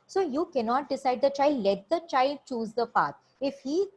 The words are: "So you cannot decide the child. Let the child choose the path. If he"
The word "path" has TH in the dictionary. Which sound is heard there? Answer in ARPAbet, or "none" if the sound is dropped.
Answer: T